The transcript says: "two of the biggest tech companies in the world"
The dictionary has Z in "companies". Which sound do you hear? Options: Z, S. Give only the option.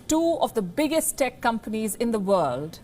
Z